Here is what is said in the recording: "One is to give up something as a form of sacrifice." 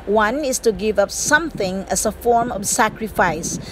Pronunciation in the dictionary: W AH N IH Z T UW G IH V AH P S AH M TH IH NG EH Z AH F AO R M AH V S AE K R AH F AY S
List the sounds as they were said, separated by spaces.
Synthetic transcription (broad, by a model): W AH N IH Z T UW G IH V AH P S AH M TH IH NG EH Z AH F AO R M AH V S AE K R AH F AY S